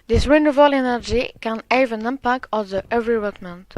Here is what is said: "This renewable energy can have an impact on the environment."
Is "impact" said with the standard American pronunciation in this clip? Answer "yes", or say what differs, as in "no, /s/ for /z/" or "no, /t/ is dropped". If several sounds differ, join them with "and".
no, /t/ is dropped